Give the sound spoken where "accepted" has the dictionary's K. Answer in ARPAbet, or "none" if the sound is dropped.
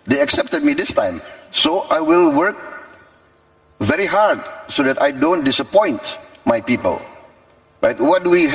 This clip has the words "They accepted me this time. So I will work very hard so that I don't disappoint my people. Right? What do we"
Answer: K